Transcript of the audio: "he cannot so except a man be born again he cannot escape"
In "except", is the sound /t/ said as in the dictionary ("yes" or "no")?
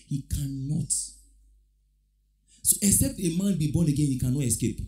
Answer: yes